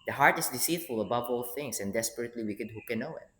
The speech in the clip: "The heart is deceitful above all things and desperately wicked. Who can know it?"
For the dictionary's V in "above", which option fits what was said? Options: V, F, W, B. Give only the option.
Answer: V